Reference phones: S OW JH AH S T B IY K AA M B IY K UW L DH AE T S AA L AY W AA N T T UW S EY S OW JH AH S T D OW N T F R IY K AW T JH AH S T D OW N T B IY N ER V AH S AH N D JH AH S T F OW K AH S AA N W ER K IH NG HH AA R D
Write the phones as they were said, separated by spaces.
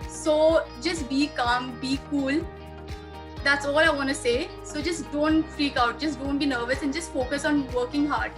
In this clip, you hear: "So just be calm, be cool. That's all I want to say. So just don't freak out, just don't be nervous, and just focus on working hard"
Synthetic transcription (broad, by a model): S OW JH AH S T B IY K AA M B IY K UW L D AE T S AA L AY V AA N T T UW S EY S OW JH AH S T D OW N T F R IY K AW T JH AH S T D OW N T B IY N ER V AH S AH N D JH AH S T F OW K AH S AA N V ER K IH NG HH AA R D